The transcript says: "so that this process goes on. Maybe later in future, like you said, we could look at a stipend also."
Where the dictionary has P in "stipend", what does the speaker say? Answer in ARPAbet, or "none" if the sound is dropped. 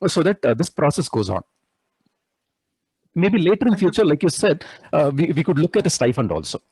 F